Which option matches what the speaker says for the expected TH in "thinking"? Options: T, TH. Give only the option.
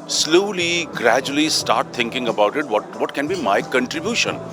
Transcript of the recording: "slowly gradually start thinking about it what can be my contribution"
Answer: T